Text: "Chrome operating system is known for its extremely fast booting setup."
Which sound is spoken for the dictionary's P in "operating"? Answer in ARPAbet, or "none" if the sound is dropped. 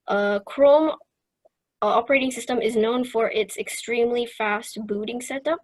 P